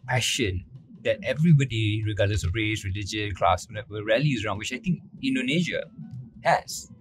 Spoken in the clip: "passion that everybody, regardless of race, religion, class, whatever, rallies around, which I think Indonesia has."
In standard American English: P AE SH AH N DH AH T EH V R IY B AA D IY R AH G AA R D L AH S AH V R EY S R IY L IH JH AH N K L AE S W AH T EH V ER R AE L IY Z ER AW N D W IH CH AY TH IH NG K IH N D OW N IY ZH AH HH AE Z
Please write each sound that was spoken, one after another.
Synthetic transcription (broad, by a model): P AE SH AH N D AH T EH V R IY B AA D IY R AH G AA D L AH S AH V R EY S R IY L IH JH AH N K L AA S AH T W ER R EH L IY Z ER AW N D W IH CH AY T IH NG K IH N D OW N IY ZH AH HH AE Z